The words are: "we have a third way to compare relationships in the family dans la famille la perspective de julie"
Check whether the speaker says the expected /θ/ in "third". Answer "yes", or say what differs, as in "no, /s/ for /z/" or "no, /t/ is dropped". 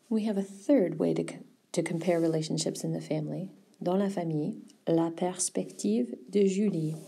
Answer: yes